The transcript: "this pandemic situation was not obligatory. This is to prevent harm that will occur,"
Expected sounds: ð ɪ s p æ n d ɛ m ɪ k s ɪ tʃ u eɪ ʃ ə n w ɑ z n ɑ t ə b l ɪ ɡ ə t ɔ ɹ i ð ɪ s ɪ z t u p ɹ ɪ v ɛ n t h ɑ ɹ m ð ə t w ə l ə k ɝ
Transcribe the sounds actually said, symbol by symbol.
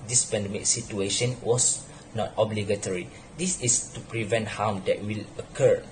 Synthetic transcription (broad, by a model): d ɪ s p æ n d ɛ m ɪ k s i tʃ u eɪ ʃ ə n w ɑ s n ɑ t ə b l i ɡ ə t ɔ ɹ i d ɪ s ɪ s t u p ɹ ɪ v ɛ n t h ɑ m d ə t w ə l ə k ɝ